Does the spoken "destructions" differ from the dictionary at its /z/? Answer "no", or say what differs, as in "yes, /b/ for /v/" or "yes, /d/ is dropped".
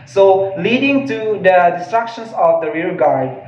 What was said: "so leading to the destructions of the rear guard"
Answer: yes, /s/ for /z/